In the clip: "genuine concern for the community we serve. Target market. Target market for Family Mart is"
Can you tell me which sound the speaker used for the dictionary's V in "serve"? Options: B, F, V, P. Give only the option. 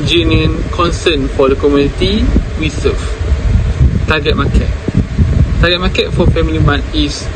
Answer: F